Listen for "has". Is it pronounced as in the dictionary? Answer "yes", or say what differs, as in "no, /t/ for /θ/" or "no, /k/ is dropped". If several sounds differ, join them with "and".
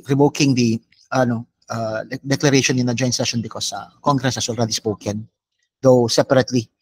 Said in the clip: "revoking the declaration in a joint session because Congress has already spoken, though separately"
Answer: no, /s/ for /z/